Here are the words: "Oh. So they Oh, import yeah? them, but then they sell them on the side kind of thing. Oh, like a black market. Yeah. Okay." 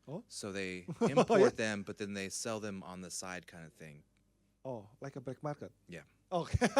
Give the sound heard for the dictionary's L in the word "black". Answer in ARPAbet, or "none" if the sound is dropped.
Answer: none